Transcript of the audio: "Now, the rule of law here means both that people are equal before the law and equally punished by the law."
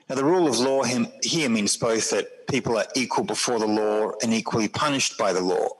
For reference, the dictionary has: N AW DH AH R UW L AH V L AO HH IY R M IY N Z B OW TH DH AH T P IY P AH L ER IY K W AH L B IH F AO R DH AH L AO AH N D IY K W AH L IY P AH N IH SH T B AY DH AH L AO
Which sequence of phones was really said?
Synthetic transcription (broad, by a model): N AW DH AH R UW L AH V L AO HH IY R M IY N Z B OW TH DH AH T P IY P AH L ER IY K W AH L B IH F AO R DH AH L AO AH N IY K W AH L IY P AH N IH SH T B AY DH AH L AO